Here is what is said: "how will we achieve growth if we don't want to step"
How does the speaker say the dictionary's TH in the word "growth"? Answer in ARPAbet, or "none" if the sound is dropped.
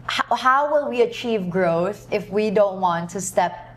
TH